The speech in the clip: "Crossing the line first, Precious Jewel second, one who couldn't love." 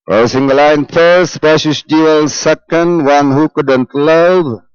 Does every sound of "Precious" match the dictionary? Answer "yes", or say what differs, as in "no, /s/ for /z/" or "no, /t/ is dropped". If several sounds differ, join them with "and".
no, /ɹ/ is dropped